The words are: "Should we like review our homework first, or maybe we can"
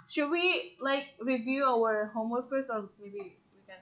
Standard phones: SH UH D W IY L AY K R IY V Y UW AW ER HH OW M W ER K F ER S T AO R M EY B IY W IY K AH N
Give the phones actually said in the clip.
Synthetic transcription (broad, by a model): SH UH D W IY L AY K R IY V Y UW AW ER HH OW M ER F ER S AO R M EY B IY W IY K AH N